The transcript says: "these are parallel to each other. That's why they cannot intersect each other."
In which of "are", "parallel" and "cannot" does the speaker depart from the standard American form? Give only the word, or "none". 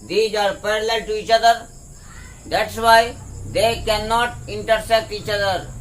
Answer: none